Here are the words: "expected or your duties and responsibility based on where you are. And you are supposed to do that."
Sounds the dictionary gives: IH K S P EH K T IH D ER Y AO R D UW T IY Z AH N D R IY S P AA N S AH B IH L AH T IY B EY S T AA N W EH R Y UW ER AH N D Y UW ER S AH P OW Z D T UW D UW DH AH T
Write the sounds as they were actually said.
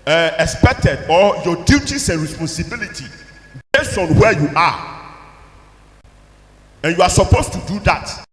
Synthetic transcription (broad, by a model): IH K S P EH K T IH D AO Y AO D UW T IY S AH N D R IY S P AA N S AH B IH L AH T IY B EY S AA N W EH Y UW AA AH N Y UW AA S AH P OW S T UW D UW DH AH T